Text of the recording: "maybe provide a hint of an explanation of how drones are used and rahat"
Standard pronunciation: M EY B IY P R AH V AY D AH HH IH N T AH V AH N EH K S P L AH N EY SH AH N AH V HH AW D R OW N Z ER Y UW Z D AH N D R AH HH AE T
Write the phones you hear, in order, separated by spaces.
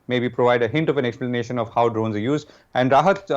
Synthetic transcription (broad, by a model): M EY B IY P R AH V AY D AH HH IH N T AH V AH N EH K S P L AH N EY SH AH N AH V HH AW D R OW N Z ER Y UW Z D AH N D R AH HH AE T